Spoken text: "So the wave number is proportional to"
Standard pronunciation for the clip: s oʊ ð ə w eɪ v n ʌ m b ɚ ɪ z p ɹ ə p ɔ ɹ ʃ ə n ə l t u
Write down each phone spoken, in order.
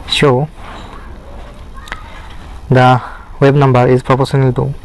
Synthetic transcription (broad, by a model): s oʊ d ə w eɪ b n ʌ m b ɚ ɪ z p ɹ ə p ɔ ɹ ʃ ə n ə l t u